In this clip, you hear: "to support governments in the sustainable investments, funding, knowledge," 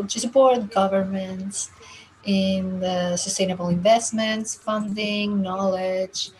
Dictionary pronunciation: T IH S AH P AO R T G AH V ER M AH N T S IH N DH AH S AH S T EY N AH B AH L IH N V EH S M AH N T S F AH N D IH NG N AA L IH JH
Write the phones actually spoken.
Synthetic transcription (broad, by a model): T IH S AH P AO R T G AH V ER M AH N T S IH N DH AH S AH S T EY N AH B AH L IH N V EH S M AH N T S F AH N D IH NG N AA L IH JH